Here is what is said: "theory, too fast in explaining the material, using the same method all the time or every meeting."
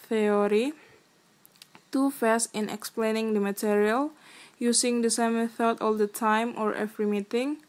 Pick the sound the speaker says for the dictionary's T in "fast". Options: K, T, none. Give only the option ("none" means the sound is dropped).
none